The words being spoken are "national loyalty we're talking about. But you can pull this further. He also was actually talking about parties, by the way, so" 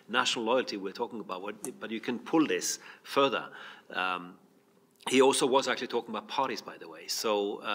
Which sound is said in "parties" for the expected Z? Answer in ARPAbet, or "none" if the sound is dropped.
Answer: Z